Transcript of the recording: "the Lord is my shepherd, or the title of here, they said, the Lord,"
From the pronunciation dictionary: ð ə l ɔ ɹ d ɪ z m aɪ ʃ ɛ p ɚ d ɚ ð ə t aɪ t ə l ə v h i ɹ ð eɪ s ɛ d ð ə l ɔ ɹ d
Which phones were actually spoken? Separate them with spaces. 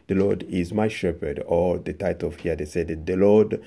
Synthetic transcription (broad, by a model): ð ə l ɔ ɹ d ɪ z m aɪ ʃ ɛ p ɚ d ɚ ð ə t aɪ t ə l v h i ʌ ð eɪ s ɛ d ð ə l ɔ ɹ d